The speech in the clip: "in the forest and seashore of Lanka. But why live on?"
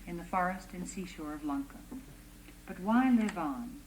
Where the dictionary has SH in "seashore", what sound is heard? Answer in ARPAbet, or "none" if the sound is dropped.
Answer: SH